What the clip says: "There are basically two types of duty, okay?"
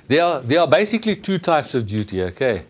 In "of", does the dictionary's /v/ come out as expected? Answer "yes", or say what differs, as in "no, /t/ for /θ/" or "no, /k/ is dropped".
yes